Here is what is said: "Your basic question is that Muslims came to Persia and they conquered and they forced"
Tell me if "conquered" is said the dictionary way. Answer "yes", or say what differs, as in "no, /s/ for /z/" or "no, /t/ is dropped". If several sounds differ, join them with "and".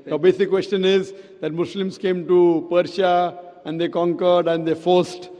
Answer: yes